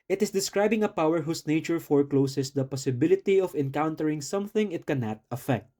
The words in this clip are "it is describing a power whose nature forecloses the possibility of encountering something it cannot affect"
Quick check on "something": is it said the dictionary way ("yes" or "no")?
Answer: yes